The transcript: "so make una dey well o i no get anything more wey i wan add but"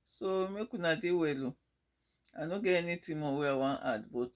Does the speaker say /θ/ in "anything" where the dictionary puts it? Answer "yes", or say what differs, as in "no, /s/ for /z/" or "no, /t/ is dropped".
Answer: no, /t/ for /θ/